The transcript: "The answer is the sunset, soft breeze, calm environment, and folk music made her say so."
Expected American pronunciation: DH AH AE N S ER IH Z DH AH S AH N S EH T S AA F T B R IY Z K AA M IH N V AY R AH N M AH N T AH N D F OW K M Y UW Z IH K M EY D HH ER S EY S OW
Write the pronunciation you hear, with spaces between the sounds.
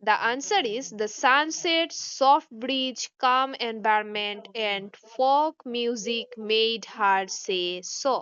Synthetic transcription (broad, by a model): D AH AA N S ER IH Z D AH S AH N S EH T S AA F T B R IY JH K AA M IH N B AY R M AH N T AH N D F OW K M Y UW Z IH K M EY D HH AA S EY S OW